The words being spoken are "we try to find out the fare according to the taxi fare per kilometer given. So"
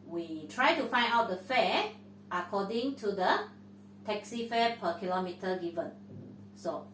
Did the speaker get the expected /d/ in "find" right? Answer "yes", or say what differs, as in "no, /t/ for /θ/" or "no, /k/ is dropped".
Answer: no, /d/ is dropped